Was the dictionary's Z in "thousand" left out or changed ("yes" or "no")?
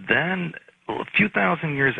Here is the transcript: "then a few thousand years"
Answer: no